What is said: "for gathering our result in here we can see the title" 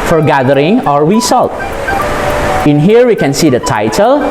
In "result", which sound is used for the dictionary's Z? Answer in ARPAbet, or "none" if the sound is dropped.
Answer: S